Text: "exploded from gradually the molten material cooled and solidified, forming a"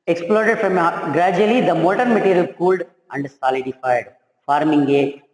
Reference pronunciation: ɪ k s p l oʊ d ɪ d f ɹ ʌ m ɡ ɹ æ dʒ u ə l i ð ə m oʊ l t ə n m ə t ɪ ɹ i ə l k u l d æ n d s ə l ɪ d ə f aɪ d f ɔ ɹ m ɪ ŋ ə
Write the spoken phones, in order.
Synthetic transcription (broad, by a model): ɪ k s p l oʊ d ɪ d f ɹ ʌ m ɡ ɹ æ dʒ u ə l i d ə m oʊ t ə n m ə t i ɹ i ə l k u l d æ n d s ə l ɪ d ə f aɪ d f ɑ ɹ m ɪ ŋ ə